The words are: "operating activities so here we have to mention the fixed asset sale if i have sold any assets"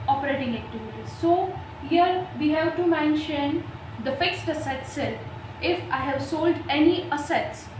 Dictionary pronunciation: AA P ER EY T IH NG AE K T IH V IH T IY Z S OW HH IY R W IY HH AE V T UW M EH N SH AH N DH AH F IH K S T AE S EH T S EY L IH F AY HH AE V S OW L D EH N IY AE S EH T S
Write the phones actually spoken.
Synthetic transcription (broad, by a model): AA P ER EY T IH NG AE K T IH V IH T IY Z S OW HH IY R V IY HH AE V T UW M EH N SH AH N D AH F IH K S T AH S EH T S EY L IH F AY HH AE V S OW L D EH N IY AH S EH T S